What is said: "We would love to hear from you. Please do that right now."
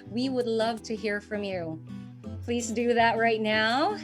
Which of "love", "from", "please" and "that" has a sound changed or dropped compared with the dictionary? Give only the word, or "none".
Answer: none